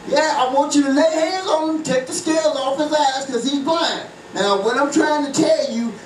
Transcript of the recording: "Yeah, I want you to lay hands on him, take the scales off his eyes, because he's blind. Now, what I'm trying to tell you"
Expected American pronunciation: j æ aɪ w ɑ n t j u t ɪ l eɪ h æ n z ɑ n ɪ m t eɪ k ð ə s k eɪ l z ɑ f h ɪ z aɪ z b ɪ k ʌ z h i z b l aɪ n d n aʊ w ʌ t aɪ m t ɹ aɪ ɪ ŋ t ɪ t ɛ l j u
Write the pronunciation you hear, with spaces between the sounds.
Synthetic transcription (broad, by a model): j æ aɪ w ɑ n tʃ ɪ t ɪ l eɪ h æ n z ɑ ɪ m t eɪ k ð ə s k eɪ l ɑ f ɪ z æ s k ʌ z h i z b aɪ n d n aʊ w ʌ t aɪ m t ɹ aɪ ɪ ŋ t ɪ t ɛ l j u